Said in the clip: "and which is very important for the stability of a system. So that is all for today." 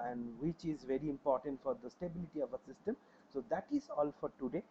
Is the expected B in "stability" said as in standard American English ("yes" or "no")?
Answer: yes